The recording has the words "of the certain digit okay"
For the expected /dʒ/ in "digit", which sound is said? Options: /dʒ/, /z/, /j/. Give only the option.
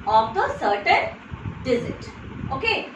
/z/